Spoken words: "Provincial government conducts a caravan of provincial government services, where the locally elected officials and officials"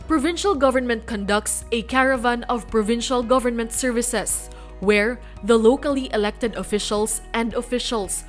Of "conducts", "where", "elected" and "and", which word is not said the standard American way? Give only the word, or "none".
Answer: none